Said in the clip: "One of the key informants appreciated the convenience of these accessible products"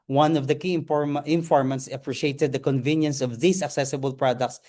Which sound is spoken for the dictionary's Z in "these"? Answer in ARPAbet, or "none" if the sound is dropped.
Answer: S